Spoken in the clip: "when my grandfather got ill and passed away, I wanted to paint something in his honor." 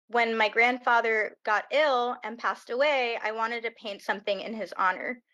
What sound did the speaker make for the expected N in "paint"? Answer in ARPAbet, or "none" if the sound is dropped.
N